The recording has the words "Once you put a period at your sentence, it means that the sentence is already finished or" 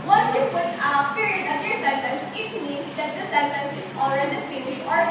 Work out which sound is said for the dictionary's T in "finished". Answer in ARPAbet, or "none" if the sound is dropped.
none